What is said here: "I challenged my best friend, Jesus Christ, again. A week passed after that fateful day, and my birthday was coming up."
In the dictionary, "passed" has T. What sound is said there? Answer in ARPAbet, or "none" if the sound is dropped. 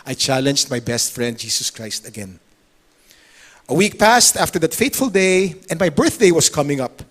T